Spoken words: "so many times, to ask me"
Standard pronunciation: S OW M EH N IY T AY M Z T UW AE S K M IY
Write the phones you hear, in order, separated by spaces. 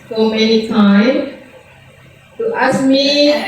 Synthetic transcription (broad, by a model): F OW M EH N IY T AY M T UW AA S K M IY